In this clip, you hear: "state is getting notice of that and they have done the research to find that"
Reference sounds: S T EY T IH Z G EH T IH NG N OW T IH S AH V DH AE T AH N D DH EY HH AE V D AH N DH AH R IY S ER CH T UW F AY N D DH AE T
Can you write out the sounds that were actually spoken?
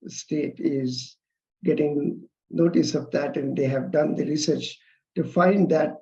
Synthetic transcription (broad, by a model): S T EY T IH Z G EH T IH NG N OW T IH S AH V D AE T AH N D EY HH AE V D AH N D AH R IY S ER CH T UW F AY N D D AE T